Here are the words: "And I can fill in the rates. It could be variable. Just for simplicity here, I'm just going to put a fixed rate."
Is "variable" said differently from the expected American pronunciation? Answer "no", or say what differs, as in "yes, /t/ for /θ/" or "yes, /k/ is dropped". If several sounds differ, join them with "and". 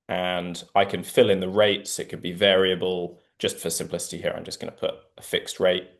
no